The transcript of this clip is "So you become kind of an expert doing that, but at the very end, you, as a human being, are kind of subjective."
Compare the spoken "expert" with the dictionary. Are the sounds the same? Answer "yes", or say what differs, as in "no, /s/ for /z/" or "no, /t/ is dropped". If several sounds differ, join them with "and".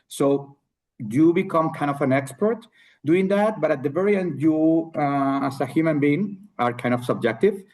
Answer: yes